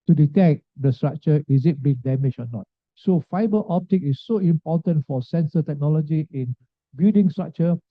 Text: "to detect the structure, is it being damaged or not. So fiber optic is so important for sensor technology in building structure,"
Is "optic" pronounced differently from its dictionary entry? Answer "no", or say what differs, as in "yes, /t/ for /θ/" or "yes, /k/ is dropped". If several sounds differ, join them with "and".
no